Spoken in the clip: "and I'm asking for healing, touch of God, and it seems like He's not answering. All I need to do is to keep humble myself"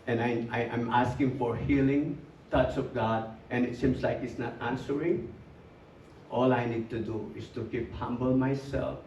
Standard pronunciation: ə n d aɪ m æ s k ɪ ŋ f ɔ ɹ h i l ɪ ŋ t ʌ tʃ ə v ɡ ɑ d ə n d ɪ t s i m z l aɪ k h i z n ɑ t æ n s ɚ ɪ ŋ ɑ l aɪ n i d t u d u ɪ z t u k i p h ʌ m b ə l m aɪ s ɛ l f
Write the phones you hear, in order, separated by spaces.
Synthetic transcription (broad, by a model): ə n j aɪ m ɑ s k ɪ ŋ f ɔ ɹ h i l ɪ ŋ t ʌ tʃ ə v ɡ ɑ d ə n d ɪ t s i m s l aɪ k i s n ɑ t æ n s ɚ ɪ ŋ ɑ l aɪ n i d t u d u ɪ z t u k i p h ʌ m b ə l m aɪ s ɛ l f